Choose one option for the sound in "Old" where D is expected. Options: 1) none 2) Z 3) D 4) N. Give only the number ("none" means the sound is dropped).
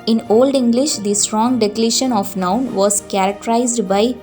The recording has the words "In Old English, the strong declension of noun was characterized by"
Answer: 3